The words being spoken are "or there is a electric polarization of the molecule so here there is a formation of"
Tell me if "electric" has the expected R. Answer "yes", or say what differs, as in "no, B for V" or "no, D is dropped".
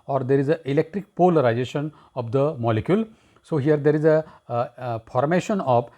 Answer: yes